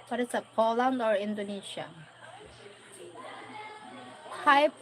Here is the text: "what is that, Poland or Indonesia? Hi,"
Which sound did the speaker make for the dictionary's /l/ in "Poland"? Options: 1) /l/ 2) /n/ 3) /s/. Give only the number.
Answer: 1